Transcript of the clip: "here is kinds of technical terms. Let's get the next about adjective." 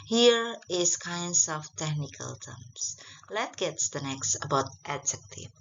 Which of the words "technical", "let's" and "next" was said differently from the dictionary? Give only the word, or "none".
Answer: let's